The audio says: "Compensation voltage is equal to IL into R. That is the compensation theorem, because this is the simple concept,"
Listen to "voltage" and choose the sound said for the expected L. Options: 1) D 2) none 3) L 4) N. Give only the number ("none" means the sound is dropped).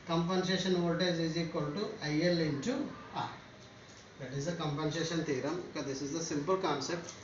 2